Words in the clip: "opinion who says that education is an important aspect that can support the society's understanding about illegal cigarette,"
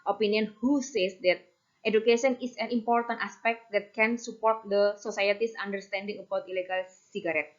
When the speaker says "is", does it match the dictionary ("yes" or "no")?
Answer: no